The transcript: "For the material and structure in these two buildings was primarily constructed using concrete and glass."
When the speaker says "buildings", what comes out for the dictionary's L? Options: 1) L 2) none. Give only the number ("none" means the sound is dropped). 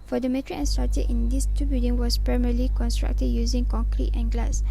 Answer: 2